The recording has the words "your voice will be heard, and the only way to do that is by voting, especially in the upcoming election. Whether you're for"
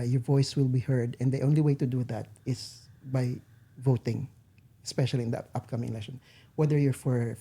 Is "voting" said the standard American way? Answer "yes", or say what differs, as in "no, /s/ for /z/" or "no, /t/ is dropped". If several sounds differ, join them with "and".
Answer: yes